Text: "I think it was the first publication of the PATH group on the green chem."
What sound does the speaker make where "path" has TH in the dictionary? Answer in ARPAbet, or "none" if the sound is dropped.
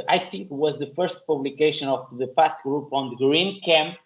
S